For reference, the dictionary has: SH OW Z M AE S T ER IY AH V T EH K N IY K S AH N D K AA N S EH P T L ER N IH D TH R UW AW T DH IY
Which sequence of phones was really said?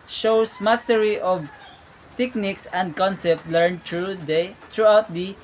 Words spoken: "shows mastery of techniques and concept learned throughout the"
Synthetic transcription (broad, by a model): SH OW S M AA S T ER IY AH V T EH K N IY K S AH N D K AA N S EH P T L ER N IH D T R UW AW T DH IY